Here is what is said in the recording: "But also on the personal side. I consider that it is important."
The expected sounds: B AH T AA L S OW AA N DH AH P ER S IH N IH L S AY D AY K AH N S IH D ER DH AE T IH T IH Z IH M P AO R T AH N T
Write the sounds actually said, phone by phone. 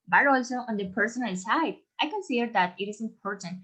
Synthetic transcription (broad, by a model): B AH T AA L S OW AA N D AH P ER S IH N IH L S AY D AY K AH N S IH D ER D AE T IH T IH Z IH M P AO R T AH N